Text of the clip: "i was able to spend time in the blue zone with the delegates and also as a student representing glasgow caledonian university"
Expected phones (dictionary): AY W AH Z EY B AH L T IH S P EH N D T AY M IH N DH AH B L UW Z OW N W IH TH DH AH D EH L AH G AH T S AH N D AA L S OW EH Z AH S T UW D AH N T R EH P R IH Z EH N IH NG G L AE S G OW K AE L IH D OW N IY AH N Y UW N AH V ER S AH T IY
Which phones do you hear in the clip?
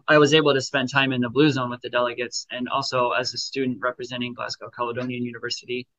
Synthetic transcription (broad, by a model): AY W AH Z EY B L T IH S P EH N T AY M IH N DH AH B L UW Z OW N W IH DH AH D EH L AH G AH T S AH N AA L S OW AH Z AH S T UW D N T R EH P R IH Z EH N IH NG G L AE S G OW K AE L IH D OW N IY AH N Y UW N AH V ER S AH T IY